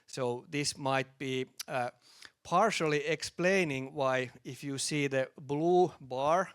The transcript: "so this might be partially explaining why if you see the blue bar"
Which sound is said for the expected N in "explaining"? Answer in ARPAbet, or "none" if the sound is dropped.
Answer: N